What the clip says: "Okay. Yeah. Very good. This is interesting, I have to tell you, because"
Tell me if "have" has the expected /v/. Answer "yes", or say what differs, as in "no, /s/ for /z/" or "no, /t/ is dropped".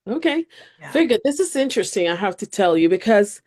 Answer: no, /f/ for /v/